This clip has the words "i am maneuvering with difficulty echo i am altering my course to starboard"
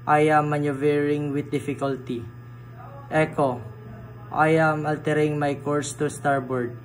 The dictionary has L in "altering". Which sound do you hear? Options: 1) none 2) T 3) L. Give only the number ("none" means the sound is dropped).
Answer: 3